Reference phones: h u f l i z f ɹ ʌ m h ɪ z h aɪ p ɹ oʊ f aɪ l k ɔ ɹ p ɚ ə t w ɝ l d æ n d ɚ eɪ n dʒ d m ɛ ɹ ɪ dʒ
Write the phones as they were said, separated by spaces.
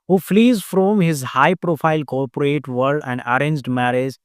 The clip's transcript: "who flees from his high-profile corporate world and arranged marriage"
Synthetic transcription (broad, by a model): h u f l i z f ɹ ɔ m h ɪ z h aɪ p ɹ oʊ f aɪ l k ɔ ɹ p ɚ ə t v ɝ d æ n d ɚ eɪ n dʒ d m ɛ ɹ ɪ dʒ